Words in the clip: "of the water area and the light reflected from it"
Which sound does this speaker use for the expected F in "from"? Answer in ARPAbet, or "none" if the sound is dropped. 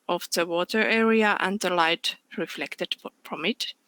P